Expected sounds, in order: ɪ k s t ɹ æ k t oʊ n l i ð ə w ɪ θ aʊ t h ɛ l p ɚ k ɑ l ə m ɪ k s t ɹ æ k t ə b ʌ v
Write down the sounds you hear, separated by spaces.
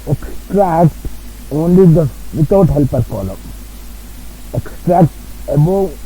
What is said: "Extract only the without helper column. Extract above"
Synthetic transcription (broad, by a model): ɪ k s t ɹ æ k t oʊ n l i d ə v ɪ t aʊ t h ɛ l p ɚ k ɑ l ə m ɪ k s t ɹ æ k t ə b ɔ